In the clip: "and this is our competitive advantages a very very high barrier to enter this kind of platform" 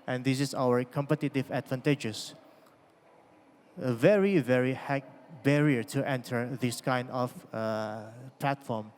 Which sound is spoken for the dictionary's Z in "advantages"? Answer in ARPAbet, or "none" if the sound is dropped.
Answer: S